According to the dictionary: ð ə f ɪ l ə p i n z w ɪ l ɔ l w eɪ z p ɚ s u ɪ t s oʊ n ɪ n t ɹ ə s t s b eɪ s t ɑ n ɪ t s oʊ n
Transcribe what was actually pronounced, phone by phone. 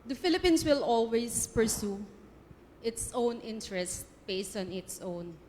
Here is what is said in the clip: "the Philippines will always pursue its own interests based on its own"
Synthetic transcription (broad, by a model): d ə f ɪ l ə p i n s w ɪ l ɔ l w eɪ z p ɚ s u ɪ t s oʊ n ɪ n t ɹ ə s s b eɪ s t ɑ n ɪ t s oʊ n